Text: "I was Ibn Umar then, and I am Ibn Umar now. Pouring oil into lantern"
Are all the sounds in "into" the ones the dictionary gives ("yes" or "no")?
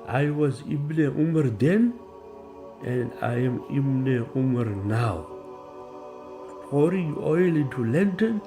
no